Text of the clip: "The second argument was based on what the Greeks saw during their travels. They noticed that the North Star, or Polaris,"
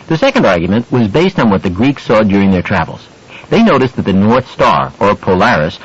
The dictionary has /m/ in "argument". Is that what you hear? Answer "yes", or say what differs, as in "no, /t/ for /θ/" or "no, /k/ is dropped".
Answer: yes